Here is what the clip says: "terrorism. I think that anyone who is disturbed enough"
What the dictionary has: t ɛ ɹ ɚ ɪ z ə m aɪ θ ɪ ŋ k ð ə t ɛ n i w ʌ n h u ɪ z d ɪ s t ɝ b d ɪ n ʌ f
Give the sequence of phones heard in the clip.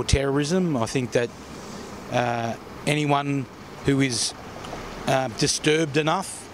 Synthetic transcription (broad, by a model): t ɛ ɹ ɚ ɪ z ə m aɪ θ ɪ ŋ k ð ə t ɛ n i w ʌ n h u ɪ z d ɪ s t ɝ b d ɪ n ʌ f